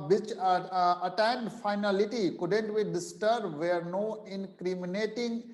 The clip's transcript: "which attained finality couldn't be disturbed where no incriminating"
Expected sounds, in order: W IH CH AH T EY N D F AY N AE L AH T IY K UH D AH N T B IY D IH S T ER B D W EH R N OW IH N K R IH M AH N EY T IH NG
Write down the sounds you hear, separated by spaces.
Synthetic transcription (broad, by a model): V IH CH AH T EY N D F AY N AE L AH T IY K UH D AH N T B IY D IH S T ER D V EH R N OW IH N K R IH M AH N EY T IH NG